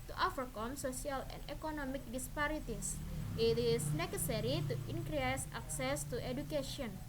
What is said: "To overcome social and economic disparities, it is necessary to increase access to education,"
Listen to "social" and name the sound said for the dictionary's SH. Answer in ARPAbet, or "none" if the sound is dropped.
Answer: S